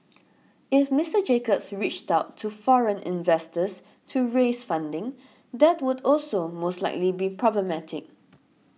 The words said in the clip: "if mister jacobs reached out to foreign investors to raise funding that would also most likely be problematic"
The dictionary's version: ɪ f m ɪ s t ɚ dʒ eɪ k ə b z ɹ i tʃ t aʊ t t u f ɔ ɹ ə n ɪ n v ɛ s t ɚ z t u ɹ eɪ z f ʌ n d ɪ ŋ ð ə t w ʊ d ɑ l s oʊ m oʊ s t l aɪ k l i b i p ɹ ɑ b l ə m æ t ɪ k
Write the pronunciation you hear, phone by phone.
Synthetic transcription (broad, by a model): ɪ f m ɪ s t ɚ dʒ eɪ k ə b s ɹ i tʃ t aʊ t t u f ɔ ɹ ə n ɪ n v ɛ s t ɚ s t u ɹ eɪ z f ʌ n d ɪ ŋ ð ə t w ʊ d ɑ l s oʊ m oʊ s t l aɪ k l i b i p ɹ ɑ b l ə m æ t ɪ k